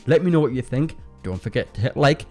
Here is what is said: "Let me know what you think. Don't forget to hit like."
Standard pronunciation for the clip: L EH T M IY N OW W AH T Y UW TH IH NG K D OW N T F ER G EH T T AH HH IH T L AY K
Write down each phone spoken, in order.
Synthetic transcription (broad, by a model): L EH T M IY N OW W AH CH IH TH IH NG K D OW N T F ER G EH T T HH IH T L AY K